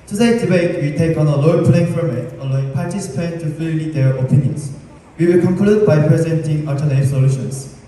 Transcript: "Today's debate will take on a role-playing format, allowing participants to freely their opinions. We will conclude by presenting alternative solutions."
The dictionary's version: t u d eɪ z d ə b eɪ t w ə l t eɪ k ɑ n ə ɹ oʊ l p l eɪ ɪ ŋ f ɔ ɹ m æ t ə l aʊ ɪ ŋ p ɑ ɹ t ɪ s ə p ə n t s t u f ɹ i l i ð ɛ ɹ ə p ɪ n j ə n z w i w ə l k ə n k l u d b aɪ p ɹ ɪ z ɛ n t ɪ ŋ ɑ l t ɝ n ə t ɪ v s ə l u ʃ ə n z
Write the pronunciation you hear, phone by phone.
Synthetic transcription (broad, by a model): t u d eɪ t d ə b eɪ t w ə t eɪ k ɑ n ə l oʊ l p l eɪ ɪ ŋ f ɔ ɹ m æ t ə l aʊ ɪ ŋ p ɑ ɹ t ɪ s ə p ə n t t u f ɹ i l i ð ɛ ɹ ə p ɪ n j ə n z w i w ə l k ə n k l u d b aɪ p ɹ ɪ z ɛ n t ɪ ŋ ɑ t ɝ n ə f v s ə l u ʃ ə n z